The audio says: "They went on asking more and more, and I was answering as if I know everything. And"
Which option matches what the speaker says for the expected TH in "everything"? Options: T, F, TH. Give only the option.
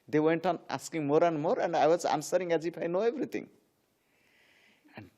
T